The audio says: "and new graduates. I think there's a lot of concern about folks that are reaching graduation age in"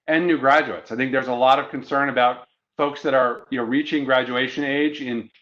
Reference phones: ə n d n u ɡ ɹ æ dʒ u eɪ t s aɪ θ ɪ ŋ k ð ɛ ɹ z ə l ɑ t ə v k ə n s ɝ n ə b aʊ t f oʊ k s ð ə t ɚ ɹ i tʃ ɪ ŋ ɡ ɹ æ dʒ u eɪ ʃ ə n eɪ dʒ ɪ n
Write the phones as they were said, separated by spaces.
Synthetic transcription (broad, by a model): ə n n u ɡ ɹ æ dʒ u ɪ t s aɪ θ ɪ ŋ k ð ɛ ɹ z ə l ɑ t ə v k ə n s ɝ n ə b aʊ t f oʊ k s ð ə t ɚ ɹ i tʃ ɪ ŋ ɡ ɹ æ dʒ u eɪ ʃ ə n eɪ dʒ ɪ n